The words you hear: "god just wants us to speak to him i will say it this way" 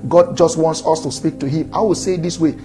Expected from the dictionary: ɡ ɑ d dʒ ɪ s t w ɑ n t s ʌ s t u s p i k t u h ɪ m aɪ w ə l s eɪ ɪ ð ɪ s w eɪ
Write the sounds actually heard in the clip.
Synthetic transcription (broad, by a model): ɡ ɑ d dʒ ɪ s t w ɑ n t s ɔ s t u s p i k t u h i m aɪ w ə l s eɪ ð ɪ s w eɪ